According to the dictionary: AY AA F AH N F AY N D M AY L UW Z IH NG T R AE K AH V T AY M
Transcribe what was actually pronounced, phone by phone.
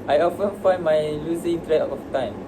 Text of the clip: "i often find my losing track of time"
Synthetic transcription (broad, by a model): AY AA F AH N F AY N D M AY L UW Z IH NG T R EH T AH F T AY M